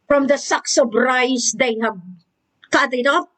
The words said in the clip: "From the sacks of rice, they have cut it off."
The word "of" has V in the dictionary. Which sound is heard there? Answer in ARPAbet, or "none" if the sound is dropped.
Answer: B